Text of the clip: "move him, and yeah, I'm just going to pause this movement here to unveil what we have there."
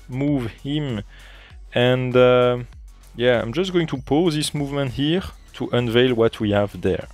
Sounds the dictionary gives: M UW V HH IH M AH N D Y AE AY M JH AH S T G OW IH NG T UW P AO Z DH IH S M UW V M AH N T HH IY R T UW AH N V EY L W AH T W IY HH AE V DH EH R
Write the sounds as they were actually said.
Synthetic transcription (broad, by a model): M UW V HH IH M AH N D Y AE AY M JH AH S T G OW IH NG T UW P AO Z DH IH S M UW V M AH N T HH IY R T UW AH N V EY L W AH T W IY HH AE V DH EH R